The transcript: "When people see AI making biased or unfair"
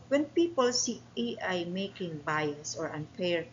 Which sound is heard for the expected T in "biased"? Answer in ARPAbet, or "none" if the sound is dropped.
none